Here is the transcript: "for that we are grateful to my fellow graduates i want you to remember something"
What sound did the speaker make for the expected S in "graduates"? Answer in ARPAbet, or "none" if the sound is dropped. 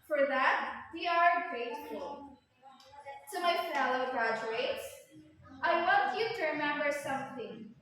S